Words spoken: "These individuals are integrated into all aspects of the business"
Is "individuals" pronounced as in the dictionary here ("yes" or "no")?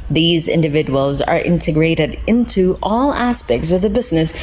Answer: yes